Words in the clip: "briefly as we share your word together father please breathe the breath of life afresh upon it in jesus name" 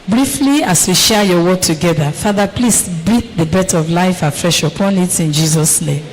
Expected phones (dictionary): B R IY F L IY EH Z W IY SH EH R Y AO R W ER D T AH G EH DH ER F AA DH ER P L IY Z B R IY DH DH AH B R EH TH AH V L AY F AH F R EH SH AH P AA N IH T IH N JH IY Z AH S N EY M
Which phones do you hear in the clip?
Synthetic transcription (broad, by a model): B R IY F L IY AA S W IY SH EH Y AO W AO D T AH G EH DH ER F AA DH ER P L IY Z B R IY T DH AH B EH T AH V L AY F AH F R EH SH AH P AA N IH T IH N JH IY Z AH S N EY M